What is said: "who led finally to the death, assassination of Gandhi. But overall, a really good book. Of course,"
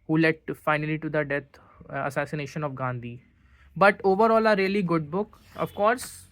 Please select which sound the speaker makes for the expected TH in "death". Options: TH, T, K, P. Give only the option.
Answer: T